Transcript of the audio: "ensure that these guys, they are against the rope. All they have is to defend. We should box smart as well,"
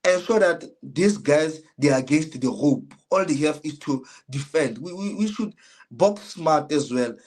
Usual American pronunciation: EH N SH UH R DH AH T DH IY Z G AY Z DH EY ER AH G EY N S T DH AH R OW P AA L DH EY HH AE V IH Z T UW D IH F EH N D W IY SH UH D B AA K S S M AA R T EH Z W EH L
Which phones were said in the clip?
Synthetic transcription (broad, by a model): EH N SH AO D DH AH T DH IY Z G AY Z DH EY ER AH G EY N S T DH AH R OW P AA L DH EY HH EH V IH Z T UW D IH F EH N D W IY SH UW D B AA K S S M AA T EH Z W EH L